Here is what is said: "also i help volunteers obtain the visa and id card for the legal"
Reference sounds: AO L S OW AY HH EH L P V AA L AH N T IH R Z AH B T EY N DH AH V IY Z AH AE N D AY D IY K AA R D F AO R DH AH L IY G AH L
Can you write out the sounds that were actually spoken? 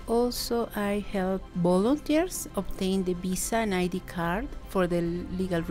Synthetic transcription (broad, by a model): AO L S OW AY HH EH L P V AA L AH N T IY R S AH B T EY N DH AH B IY S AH N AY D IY K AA R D F AO R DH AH L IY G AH L